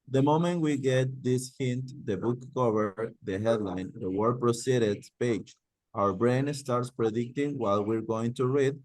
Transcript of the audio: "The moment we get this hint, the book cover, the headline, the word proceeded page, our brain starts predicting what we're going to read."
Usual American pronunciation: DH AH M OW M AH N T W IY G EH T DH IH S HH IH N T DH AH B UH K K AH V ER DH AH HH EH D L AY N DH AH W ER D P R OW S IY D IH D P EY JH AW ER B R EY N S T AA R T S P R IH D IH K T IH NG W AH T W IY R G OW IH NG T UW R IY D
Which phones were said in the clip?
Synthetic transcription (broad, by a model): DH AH M OW M AH N T W IY G EH T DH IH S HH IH N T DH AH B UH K K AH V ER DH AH HH EH D L AY N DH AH W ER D P R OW S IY D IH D P EY JH AW ER B R EY N S T AA R T S P R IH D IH K T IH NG W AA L W IY R G OW IH NG T UW R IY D